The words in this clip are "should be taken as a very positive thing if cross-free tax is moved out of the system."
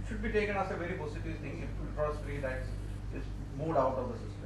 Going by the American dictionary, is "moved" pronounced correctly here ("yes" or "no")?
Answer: no